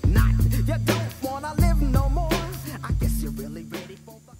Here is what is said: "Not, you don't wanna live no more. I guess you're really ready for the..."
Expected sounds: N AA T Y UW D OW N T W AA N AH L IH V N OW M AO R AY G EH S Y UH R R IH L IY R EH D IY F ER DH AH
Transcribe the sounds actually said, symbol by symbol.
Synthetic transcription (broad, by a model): N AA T Y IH D OW N T W AA N AH L IH V N OW M AO R AY G EH S Y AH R R IH L IY R EH D IY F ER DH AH